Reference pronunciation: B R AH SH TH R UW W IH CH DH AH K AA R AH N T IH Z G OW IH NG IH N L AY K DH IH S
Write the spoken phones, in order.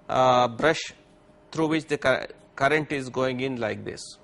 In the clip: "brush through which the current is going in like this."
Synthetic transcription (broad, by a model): B R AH SH T R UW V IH CH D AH K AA R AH N T IH Z G OW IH NG IH N L AY K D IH S